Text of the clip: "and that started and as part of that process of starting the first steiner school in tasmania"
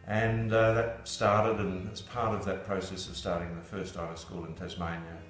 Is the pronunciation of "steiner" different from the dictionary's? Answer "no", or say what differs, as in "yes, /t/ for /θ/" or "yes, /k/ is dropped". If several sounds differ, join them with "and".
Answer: yes, /l/ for /n/